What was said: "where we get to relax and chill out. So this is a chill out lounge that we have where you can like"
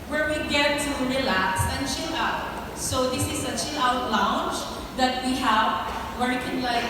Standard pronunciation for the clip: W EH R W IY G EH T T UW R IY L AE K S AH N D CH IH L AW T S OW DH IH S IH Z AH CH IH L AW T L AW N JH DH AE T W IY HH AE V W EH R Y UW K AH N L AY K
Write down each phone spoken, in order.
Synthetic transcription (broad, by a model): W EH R W IY G EH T T UW R IY L AE K S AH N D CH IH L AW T S OW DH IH S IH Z AH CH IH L AW T L AW N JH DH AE T W IY HH AE V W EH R K AH N L AY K